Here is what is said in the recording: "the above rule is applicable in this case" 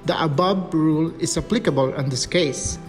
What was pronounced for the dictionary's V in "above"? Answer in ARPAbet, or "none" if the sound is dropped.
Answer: B